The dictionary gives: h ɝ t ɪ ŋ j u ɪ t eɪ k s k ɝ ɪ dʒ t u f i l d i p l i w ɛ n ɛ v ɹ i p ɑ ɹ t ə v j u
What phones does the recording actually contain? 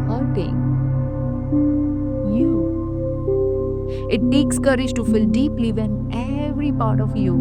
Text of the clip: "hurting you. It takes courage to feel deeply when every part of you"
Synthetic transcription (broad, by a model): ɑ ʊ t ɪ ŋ j u ɪ t eɪ k s k ɝ ɪ dʒ t u f i l d i p l i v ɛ n ɛ v ɹ i p ɑ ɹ t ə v j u